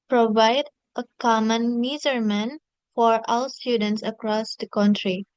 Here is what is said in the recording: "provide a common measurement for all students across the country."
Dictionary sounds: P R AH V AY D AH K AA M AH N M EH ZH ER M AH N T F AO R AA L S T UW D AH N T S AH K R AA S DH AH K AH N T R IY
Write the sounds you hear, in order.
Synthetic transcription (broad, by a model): P R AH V AY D AH K AA M AH N M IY Z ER M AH N F AO R AA L S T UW D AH N T S AH K R AA S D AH K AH N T R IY